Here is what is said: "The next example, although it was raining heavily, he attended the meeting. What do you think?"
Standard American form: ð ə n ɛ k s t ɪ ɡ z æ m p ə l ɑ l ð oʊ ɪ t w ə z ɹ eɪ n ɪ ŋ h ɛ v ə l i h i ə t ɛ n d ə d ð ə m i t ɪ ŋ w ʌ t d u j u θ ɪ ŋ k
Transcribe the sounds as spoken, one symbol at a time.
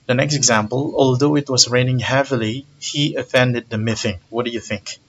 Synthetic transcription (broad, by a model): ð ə n ɛ k s t ɪ ɡ z æ m p ə l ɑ l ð oʊ ɪ t w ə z ɹ eɪ n ɪ ŋ h ɛ v ə l i h i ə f ɛ n d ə d ð ə m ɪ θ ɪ ŋ w ʌ t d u j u θ ɪ ŋ k